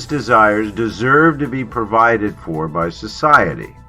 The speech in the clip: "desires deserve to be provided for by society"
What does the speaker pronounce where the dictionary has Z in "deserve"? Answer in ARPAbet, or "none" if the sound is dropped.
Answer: Z